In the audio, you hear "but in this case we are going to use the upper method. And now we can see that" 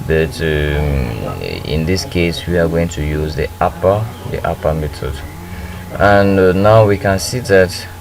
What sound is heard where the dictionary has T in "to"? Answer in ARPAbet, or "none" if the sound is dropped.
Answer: T